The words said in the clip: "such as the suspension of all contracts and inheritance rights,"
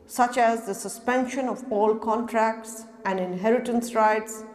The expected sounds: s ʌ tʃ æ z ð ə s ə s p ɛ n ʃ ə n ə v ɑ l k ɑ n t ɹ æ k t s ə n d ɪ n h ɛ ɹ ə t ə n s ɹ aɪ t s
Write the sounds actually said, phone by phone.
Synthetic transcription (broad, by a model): s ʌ tʃ æ z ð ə s ə s p ɛ n ʃ ə n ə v ɑ l k ɑ n t ɹ æ k t s ə n d ɪ n h ɛ ɹ ə t ə n s ɹ aɪ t s